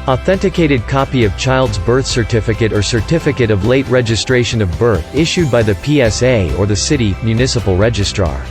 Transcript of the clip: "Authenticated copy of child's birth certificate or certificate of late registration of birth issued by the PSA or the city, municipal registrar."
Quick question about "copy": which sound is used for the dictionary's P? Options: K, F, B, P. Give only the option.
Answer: P